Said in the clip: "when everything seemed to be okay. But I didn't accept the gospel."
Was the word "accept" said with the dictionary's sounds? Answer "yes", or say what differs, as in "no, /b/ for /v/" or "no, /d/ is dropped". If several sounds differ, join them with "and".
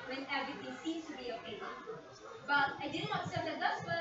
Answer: no, /k/ is dropped